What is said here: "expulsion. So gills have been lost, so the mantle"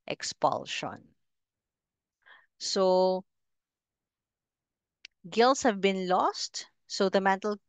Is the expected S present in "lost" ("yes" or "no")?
yes